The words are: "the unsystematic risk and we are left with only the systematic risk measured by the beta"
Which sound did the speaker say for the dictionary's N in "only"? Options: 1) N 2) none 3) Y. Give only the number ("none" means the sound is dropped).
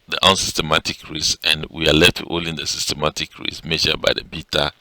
2